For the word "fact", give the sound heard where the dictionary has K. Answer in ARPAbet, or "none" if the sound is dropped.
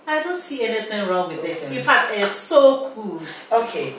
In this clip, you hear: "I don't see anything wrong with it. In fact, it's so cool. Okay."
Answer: none